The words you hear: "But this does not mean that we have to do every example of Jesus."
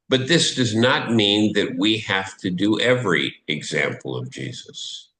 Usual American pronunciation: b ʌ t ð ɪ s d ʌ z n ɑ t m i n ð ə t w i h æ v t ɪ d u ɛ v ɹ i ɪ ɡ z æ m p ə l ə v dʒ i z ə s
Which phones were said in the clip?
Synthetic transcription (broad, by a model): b ʌ t ð ɪ s d ʌ z n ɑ t m i n ð ə t w i h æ f t ɪ d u ɛ v ɹ i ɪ ɡ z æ m p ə l ə v dʒ i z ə s